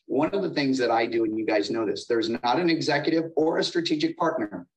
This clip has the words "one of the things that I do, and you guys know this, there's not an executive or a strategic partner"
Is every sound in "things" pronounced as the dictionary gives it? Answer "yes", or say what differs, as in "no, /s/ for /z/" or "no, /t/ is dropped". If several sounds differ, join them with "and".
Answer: yes